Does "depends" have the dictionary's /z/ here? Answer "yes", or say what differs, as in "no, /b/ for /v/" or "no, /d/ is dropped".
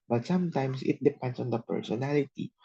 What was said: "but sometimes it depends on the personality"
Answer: no, /s/ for /z/